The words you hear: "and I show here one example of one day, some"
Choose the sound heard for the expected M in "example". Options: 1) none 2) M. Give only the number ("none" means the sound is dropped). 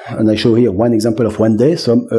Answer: 2